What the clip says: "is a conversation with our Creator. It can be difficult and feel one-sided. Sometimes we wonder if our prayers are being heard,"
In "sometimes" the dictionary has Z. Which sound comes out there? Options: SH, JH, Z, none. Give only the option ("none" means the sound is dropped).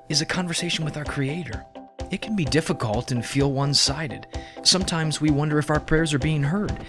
Z